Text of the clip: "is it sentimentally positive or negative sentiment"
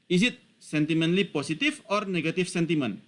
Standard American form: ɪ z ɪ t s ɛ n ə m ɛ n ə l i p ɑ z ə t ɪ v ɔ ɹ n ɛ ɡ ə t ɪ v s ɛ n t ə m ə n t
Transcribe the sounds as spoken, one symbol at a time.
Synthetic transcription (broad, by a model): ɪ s ɪ t s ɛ n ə m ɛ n l i p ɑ s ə t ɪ f ɔ ɹ n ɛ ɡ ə t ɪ f s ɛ n t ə m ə n